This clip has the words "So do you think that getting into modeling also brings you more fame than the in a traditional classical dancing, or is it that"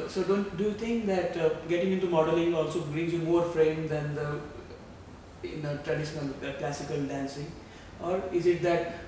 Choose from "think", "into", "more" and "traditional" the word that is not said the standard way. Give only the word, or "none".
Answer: think